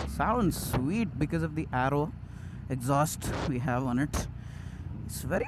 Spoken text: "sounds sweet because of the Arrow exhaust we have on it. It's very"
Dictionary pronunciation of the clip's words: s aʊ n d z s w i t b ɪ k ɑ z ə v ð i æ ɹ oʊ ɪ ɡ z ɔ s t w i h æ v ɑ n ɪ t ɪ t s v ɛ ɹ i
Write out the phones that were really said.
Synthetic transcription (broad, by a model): s aʊ n d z s w i t b ɪ k ɑ z ə v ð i æ ɹ oʊ ɪ ɡ z ɔ s t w i h æ v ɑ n ɪ t ɪ t s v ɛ ɹ i